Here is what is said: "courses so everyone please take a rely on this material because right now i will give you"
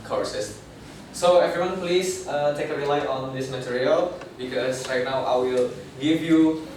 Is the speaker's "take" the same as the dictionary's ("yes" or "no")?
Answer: yes